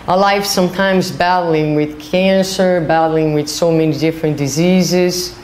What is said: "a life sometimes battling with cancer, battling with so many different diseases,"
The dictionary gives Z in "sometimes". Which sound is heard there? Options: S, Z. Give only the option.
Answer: Z